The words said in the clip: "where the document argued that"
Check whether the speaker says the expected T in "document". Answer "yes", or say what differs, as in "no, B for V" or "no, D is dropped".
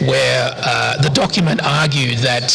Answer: yes